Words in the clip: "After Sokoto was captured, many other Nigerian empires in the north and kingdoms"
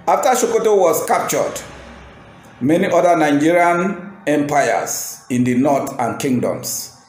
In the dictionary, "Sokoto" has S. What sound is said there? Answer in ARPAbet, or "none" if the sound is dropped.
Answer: SH